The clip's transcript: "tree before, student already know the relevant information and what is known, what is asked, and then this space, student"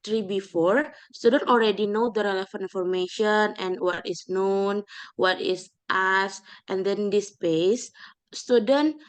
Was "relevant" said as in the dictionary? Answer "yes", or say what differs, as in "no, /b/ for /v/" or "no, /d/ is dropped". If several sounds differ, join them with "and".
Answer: no, /f/ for /v/ and /t/ is dropped